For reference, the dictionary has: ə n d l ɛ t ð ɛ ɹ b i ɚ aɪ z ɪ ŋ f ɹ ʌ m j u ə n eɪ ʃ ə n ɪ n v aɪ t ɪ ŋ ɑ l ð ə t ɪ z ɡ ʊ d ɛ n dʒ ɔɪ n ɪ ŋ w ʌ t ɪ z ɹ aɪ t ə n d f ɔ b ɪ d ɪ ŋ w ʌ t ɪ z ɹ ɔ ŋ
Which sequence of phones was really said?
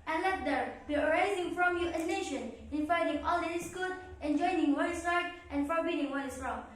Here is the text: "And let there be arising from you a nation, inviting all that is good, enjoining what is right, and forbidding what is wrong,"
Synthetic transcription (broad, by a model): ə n l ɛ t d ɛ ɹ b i ɚ aɪ z ɪ ŋ f ɹ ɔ m j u ə n eɪ ʃ ə n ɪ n f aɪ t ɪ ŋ ɑ l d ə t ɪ s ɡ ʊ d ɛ n dʒ ɔɪ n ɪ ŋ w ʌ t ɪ s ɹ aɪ t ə n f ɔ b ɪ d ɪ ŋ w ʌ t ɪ s ɹ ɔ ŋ